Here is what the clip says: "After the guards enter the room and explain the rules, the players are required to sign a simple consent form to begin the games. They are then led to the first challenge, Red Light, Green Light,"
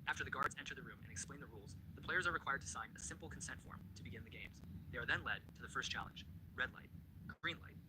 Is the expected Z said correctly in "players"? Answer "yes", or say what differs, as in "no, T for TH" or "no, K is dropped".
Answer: yes